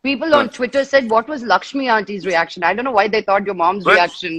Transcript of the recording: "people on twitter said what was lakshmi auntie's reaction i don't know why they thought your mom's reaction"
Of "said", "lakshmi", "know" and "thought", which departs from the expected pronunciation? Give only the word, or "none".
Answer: thought